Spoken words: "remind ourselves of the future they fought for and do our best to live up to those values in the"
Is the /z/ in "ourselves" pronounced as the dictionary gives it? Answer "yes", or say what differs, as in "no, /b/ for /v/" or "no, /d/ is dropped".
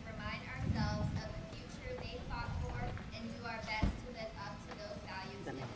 yes